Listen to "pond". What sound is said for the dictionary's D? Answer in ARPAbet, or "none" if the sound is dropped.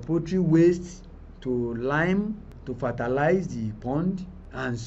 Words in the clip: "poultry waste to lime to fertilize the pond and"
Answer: D